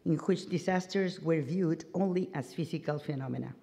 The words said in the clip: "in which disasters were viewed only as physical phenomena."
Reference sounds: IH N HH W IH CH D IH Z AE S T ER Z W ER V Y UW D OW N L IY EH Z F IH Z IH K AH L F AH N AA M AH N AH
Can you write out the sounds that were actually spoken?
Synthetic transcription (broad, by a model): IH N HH W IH CH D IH S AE S T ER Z W ER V Y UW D OW N L IY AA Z F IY S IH K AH L F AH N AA M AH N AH